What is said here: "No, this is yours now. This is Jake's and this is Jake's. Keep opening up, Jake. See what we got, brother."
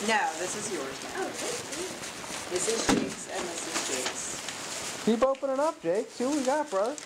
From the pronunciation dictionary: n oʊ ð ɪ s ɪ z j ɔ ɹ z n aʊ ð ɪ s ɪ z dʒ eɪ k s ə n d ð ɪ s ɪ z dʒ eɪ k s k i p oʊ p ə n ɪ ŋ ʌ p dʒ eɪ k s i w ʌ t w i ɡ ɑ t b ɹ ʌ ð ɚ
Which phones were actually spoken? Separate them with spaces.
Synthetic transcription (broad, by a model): n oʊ ð ɪ s ɪ z j ɔ ɹ z n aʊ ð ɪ s ɪ z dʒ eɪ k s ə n ð ɪ s ɪ z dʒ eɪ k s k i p oʊ p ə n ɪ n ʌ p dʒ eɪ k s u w w i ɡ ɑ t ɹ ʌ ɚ